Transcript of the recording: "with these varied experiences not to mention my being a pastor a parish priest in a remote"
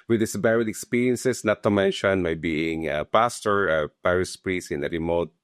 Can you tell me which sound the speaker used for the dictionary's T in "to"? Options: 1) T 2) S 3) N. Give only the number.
1